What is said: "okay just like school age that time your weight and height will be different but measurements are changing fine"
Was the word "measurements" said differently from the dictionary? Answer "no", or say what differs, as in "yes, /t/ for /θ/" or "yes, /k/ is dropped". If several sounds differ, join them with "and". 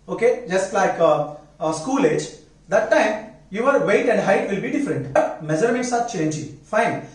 yes, /n/ is dropped